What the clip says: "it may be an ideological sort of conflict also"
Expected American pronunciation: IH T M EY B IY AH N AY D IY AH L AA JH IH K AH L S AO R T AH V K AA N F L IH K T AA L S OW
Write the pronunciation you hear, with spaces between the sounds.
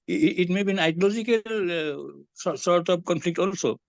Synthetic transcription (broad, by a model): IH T M EY B IY N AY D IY L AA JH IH K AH L S AO R T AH P K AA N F L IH K T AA L S OW